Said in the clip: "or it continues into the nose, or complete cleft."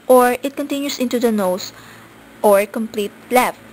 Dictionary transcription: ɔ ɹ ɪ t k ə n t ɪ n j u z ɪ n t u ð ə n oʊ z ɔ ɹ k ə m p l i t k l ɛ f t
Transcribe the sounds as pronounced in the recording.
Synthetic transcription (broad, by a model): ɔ ɹ ɪ t k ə n t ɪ n j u s ɪ n t u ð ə n oʊ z ɔ ɹ k ə m p l i t l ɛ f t